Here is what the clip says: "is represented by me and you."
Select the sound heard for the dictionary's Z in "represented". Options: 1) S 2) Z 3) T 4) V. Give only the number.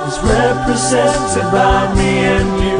2